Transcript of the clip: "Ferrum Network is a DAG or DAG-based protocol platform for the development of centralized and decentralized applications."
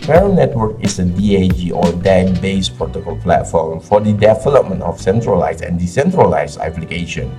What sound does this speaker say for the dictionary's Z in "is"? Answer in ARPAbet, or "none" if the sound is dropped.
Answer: S